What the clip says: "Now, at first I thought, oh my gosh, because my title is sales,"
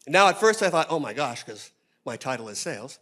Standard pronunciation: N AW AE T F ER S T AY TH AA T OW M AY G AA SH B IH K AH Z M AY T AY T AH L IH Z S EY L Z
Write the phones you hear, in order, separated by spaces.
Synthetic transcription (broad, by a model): N AW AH T F ER S T AY TH AA T OW M AY G AA SH K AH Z M AY T AY T L IH Z S EY L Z